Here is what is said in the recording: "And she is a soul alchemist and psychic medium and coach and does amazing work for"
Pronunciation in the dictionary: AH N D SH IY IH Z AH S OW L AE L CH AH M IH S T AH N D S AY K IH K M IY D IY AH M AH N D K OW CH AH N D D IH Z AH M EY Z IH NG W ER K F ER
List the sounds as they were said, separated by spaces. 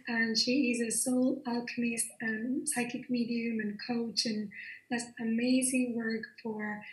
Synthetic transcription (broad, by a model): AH N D SH IY IH Z AH S OW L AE L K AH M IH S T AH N S AY K IH K M IY D IY AH M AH N K OW CH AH N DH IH S AH M EY Z IH NG W ER K F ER